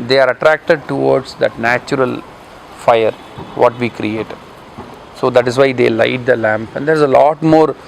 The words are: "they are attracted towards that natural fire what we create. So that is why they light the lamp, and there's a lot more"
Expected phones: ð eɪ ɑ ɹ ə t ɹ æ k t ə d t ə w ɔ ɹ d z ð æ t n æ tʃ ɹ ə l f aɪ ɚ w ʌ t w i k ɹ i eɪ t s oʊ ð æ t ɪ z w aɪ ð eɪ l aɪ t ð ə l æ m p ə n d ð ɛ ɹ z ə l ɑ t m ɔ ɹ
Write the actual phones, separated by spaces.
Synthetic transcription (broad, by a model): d eɪ ɑ ɹ ə t ɹ æ k t ə d t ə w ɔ ɹ d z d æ t n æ tʃ ɹ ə l f aɪ ɚ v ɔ t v i k ɹ i eɪ t s oʊ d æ t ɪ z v aɪ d eɪ l aɪ t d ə l æ m p ə n d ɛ ɹ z ə l ɑ t m ɔ ɹ